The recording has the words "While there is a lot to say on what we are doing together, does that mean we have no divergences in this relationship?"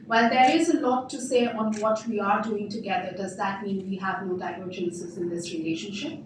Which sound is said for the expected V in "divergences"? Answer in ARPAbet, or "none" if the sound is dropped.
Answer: none